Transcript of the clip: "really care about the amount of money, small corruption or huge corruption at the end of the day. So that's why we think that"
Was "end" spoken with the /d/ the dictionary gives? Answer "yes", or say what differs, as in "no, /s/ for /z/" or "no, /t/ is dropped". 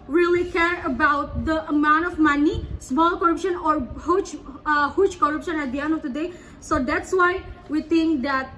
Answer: no, /d/ is dropped